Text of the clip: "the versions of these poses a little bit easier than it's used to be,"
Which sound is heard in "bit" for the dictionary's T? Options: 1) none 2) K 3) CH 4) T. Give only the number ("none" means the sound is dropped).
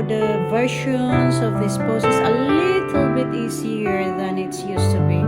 4